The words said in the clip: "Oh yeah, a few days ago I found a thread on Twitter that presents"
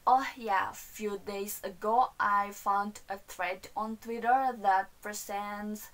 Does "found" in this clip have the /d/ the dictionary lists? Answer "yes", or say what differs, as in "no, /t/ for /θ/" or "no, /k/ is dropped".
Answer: yes